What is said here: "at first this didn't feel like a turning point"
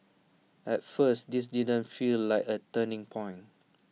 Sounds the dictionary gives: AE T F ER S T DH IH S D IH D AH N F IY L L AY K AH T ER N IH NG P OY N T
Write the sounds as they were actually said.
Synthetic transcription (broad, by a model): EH T F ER S T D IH S D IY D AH N F IY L L AY K AH T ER N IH NG P OY N